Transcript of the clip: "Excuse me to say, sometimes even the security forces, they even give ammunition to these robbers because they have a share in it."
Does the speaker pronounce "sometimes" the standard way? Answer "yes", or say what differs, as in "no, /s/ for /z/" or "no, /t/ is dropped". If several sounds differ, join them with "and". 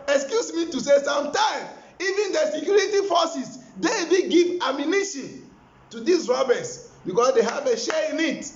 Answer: no, /z/ is dropped